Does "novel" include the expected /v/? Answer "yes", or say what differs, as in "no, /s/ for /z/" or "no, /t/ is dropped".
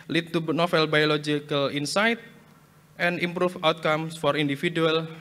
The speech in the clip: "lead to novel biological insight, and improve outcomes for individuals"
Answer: no, /f/ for /v/